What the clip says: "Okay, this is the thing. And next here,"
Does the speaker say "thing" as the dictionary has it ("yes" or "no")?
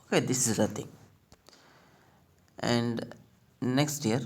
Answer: no